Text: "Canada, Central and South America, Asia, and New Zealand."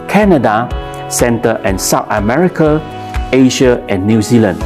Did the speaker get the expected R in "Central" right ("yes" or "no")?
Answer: no